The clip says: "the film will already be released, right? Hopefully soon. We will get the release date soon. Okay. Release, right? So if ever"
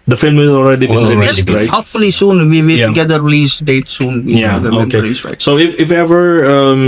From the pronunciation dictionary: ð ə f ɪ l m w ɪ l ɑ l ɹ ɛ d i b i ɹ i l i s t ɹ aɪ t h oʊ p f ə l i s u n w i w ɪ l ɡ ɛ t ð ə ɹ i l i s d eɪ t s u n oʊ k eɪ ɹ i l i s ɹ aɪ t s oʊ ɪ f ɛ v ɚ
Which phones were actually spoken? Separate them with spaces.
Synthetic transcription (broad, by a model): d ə f ɪ l m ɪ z ɑ l ɹ ɛ d i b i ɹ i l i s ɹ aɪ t h oʊ p f ə l i s u n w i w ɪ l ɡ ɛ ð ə ɹ i l i s d eɪ t s u n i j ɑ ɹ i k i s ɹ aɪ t s oʊ ɪ f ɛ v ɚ